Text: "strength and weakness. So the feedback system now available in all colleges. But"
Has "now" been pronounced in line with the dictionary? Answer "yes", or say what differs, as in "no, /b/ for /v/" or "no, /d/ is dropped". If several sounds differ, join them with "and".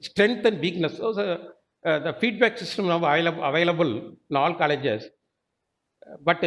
no, /l/ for /n/